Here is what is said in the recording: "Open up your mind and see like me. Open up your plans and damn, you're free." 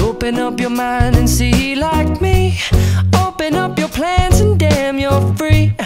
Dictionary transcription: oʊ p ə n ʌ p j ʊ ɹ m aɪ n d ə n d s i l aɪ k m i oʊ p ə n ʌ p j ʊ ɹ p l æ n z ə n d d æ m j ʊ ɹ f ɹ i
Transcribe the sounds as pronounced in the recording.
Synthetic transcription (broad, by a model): oʊ p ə n ʌ p j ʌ ɹ m aɪ n d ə n s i l aɪ k m i oʊ p ə n ʌ p j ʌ ɹ p l æ n z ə n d d æ m j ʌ ɹ f ɹ i